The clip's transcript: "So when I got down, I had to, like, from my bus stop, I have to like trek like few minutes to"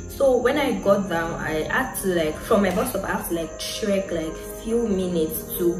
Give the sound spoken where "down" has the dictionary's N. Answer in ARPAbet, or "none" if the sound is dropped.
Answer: N